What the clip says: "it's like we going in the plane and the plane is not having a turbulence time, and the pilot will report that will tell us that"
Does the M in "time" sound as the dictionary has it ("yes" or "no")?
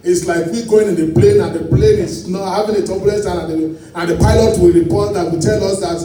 no